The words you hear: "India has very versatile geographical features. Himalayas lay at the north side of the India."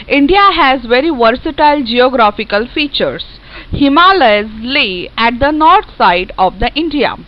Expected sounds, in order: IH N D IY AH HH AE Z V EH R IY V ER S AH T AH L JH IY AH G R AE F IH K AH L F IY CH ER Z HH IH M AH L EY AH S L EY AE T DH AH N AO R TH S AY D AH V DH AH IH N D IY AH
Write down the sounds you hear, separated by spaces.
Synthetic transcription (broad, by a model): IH N D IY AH HH AE Z V EH R IY V ER S AH T AH L JH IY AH G R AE F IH K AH L F IY CH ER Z HH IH M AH L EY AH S L EY AE T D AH N AO R T S AY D AH V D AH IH N D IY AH